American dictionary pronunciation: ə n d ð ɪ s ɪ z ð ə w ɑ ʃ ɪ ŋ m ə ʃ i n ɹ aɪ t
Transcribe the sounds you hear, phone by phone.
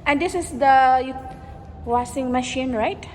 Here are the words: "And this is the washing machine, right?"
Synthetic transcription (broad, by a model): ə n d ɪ s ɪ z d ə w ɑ s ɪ ŋ m ə ʃ i n ɹ aɪ t